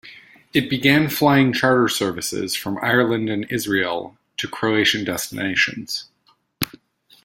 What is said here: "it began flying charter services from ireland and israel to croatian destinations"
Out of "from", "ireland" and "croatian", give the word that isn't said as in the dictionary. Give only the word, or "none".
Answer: none